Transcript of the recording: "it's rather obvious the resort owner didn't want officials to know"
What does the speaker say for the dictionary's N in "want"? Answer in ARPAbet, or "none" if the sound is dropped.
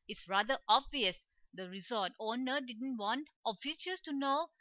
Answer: N